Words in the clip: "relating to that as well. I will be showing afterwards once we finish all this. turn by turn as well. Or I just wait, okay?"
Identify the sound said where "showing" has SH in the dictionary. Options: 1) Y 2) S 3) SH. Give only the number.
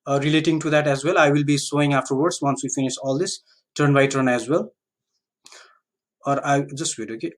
2